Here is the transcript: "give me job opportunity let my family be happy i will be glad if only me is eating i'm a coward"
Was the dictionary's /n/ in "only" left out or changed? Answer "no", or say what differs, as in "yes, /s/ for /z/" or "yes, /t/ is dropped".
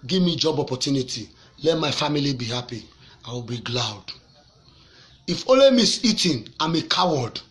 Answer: yes, /n/ is dropped